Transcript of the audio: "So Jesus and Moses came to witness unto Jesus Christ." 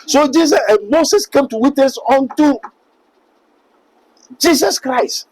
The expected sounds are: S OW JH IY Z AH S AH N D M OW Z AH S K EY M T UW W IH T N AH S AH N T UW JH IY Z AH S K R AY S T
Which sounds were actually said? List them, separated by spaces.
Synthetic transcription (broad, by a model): S OW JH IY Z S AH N M OW S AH S K EY M T UW W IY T N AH S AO N T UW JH IY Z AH S K R AY S T